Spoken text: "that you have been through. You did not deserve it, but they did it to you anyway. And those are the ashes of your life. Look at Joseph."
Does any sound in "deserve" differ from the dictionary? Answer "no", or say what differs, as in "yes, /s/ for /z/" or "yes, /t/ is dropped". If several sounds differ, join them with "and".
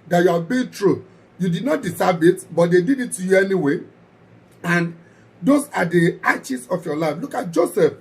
yes, /s/ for /z/